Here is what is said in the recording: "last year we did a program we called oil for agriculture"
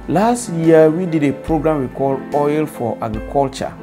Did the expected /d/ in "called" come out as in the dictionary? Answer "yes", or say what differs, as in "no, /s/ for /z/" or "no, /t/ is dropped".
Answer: no, /d/ is dropped